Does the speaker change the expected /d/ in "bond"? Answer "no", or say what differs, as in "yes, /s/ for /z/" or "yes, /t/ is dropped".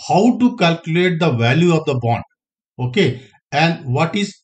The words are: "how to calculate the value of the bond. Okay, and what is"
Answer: no